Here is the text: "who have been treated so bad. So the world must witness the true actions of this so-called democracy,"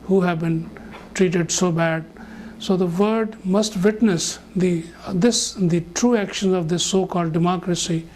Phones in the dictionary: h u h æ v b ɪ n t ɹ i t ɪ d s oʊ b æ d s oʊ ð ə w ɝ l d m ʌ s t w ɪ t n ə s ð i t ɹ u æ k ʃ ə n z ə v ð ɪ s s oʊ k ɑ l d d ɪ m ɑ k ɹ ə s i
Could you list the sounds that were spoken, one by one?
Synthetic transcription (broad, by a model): h u h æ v b ɪ n t ɹ i t ɪ d s oʊ b æ d s oʊ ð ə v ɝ d m ʌ s t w ɪ t n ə s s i t ɹ u æ k ʃ ə n z ə v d ɪ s s oʊ k ɑ l d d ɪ m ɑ k ɹ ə s i